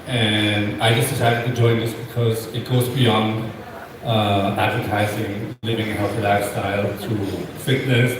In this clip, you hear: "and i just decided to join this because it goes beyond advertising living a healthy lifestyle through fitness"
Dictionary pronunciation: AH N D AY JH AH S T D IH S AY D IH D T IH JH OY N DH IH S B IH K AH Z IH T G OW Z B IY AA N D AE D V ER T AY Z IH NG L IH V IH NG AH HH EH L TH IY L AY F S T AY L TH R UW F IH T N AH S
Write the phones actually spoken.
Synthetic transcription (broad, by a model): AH N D AY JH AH S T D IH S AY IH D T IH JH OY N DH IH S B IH K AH Z IH T G OW Z B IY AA N D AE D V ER T AY Z IH NG L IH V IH NG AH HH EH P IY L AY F S T AY L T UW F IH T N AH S